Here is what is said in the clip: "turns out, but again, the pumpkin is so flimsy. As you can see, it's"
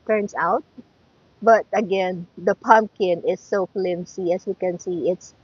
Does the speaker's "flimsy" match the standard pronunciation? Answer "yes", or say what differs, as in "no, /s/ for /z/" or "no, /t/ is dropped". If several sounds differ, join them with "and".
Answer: no, /s/ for /z/